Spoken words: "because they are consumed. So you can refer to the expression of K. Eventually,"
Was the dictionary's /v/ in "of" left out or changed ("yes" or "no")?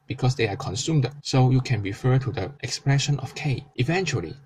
yes